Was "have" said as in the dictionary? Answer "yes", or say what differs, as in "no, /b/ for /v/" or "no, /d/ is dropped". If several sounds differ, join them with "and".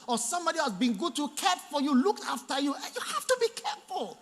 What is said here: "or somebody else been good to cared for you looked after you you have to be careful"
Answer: no, /f/ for /v/